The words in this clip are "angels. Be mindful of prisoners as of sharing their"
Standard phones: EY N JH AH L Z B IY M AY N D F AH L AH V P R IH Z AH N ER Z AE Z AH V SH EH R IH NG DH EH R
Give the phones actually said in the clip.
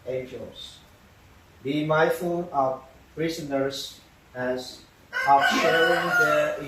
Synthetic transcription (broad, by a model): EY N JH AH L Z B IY M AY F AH N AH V P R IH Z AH N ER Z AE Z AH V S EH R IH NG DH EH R